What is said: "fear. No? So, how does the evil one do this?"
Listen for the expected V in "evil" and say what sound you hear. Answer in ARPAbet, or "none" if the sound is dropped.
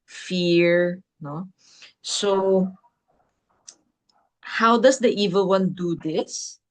V